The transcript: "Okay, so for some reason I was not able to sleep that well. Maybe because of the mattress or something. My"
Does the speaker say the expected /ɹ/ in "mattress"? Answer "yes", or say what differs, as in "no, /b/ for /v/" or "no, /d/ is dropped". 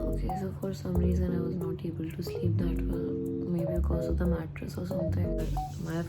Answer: yes